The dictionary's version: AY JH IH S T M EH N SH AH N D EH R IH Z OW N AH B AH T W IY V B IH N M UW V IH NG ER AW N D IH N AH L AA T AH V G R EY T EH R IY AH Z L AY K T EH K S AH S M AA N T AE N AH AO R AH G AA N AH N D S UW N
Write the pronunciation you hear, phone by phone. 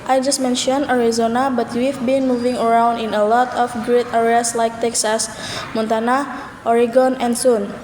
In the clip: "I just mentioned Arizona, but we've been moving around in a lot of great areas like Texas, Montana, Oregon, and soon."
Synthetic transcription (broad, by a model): AY JH IH S T M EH N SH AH N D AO R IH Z OW N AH B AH T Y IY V B IH N M UW V IH NG ER AW N D IH N AH L AA T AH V G R EY T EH R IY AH S L AY K T EH K S AH S M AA N T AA N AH AO R AH G AA N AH N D S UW N